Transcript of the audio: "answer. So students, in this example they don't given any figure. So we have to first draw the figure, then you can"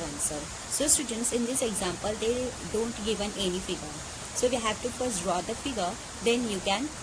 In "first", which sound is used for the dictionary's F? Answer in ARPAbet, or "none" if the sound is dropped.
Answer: P